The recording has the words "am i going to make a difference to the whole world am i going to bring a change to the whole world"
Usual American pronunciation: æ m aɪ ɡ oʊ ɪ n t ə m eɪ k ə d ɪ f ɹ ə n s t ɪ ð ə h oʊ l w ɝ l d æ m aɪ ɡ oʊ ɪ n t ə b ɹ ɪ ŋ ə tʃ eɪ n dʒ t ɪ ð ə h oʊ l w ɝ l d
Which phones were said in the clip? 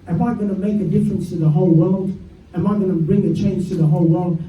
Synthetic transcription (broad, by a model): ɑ m aɪ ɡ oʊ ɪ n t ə m eɪ k ə d ɪ f ɹ ə n s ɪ ð ə h oʊ l w ɝ l d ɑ m aɪ ɡ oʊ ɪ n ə b ɹ ɪ ŋ ə tʃ eɪ n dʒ t ɪ ð ə h oʊ l w ɝ l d